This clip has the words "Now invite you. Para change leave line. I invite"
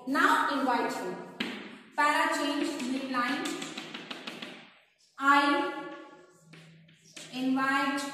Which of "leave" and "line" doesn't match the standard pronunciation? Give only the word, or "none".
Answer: leave